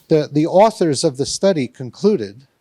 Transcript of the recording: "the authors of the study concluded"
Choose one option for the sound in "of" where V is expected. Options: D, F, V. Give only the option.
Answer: V